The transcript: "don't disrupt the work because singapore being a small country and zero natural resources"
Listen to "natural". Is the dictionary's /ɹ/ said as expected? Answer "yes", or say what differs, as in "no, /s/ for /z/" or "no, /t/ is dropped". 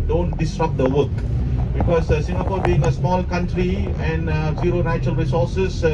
no, /ɹ/ is dropped